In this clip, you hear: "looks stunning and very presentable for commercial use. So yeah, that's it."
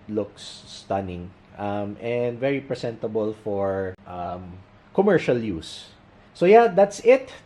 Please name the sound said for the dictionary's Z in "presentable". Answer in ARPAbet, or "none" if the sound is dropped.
S